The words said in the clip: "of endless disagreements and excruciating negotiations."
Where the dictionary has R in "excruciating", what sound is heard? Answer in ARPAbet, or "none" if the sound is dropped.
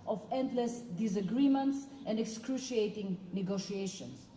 R